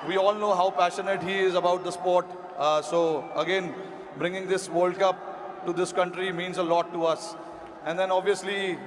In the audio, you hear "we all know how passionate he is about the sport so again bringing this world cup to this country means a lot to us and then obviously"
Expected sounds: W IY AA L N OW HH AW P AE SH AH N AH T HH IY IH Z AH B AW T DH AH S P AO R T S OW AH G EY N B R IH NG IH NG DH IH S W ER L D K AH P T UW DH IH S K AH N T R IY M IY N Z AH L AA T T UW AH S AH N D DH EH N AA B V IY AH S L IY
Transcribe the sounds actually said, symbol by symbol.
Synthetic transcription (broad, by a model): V IY AA L N OW HH AW P AE SH AH N AH T HH IY IH Z AH B AW T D AH S P AO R T S OW AH G EY N B R IH NG IH NG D IH S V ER L D K AH P T UW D IH S K AH N T R IY M IY N Z AH L AA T T UW AH S AH N D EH N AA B V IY AH S L IY